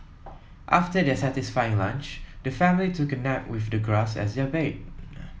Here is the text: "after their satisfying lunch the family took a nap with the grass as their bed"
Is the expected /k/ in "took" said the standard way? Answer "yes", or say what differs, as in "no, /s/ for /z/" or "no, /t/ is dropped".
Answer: yes